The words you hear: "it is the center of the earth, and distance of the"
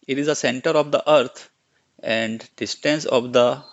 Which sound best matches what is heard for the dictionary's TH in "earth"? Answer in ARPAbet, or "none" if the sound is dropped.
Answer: T